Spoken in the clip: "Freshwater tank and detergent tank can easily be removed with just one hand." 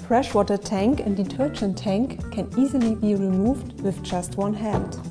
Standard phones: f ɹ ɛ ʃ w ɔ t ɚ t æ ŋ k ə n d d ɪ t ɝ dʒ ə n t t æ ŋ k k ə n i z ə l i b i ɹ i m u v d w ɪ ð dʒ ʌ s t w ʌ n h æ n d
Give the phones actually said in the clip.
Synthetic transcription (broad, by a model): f ɹ ɛ ʃ w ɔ t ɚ t æ ŋ k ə n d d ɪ t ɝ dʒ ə n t t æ ŋ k k ə n i z ə l i b i ɹ i m u v d w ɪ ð dʒ ʌ s t w ʌ n h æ n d